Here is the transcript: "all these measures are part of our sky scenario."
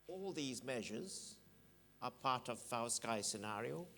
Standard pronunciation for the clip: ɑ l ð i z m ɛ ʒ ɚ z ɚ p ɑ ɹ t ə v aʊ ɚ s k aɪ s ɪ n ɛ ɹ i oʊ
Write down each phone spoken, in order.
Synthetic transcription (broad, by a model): ɑ l ð i z m ɛ ʒ ɚ z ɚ p ɑ ɹ t ə v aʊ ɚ s k aɪ s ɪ n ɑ ɹ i oʊ